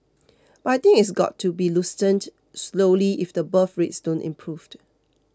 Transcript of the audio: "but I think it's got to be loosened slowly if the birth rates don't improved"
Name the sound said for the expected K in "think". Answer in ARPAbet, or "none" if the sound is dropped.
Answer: none